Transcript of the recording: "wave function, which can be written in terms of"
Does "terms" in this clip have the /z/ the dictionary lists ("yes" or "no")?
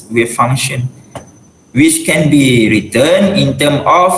no